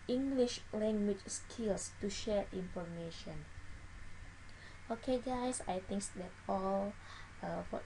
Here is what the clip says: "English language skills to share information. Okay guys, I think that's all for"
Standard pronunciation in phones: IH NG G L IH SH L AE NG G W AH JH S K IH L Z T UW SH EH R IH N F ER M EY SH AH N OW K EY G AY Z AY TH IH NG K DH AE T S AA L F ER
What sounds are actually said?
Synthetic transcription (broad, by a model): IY NG G L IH SH L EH NG G W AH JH S K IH L S T UW SH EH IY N F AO M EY SH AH N OW K EY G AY S AY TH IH NG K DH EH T AA L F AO